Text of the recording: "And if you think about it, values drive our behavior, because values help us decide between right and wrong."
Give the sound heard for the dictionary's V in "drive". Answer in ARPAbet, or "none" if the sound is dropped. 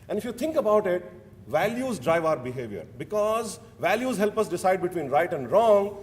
V